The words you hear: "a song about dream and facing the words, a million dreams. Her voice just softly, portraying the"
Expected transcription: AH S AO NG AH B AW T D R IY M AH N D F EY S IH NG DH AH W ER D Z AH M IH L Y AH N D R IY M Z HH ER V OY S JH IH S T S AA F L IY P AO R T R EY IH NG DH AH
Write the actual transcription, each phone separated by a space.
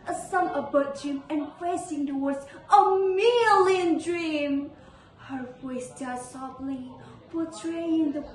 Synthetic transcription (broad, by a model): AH S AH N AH B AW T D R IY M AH N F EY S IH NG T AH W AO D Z AH M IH L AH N D R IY M HH ER V OY S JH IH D S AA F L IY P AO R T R EY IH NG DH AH